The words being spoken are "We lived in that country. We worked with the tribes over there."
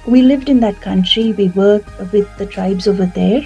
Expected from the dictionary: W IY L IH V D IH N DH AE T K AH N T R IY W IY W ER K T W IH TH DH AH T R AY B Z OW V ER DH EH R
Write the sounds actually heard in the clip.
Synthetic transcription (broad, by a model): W IY L IH V D IH N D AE T K AH N T R IY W IY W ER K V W IH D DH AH T R AY B Z OW V ER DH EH R